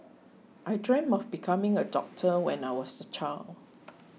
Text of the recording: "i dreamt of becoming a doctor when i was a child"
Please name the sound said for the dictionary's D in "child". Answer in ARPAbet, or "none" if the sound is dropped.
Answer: none